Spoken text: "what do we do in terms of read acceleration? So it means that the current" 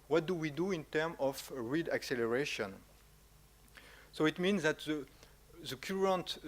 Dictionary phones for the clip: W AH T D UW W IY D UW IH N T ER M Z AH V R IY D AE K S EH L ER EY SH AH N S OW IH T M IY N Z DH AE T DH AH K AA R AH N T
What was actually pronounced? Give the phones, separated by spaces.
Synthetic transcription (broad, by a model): W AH T D UW W IY D UW IH N T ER M AH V R IY D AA K S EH L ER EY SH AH N S OW IH T M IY N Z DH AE T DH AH K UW R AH N T